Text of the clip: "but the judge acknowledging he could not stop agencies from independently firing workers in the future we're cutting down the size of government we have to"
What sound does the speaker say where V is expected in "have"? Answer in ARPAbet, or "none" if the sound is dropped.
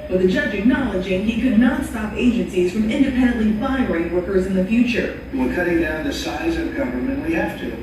F